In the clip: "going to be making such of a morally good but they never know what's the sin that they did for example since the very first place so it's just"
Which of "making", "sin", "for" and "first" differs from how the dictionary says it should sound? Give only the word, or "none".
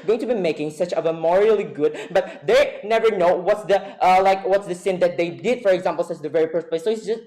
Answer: first